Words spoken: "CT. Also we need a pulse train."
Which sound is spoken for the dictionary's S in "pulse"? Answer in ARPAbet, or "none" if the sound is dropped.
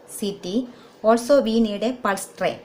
S